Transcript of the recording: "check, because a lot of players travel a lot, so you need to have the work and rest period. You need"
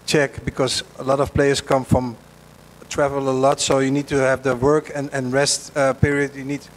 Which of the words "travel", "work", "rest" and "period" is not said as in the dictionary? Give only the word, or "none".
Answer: none